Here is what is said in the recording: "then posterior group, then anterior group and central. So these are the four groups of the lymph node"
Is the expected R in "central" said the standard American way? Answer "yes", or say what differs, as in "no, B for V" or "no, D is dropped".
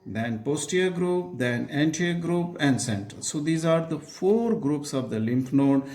no, R is dropped